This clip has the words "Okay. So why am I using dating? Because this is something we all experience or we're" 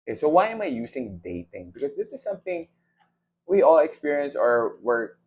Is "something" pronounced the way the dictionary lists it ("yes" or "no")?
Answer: yes